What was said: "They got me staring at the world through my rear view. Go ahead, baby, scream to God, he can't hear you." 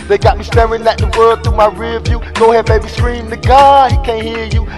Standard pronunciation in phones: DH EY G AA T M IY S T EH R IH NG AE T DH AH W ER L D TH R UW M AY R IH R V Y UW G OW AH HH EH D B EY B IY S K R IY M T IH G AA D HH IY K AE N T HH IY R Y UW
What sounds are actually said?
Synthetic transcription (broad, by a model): DH EY G AA T M IY S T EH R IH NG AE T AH W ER D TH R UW M AY R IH V Y UW G OW AH HH EH D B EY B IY S K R IY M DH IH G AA HH IY K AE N HH IY R Y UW